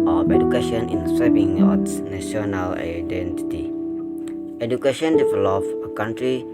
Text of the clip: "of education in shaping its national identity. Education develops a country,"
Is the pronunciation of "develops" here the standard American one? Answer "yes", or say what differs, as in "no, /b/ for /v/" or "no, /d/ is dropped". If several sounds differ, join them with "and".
no, /s/ is dropped